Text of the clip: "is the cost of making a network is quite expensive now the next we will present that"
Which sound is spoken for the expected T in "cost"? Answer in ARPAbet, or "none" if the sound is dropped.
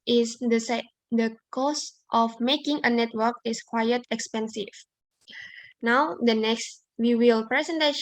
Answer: T